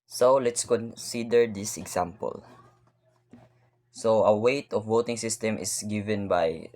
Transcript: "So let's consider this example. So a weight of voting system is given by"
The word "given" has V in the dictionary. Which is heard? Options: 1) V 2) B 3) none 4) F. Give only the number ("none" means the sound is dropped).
1